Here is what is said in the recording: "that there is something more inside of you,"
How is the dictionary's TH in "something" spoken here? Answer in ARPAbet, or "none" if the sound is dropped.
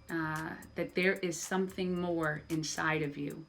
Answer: TH